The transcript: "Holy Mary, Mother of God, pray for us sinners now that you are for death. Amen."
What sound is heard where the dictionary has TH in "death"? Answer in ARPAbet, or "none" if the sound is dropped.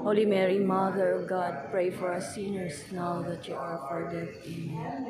T